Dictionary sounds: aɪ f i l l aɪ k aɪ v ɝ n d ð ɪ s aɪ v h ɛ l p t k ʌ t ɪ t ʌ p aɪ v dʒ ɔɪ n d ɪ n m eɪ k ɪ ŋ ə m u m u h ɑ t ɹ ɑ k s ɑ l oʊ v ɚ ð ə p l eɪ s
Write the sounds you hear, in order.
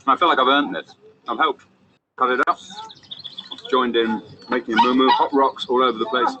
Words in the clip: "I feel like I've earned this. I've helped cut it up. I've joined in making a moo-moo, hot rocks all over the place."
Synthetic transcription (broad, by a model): aɪ f i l l aɪ k aɪ v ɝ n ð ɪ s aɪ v h ɛ l p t k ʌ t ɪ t ʌ p dʒ ɔɪ n d ɪ n m eɪ k ɪ ŋ ə m u m u h ɑ t ɹ ɑ k s ɑ l oʊ v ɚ ð ə p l eɪ s